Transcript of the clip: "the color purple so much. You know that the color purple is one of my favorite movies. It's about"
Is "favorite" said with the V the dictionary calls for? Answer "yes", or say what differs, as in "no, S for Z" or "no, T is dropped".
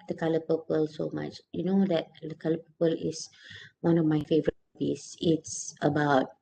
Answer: yes